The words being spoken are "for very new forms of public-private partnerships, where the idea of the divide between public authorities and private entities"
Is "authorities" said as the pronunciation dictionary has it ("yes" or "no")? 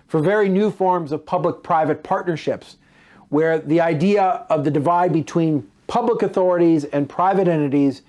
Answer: yes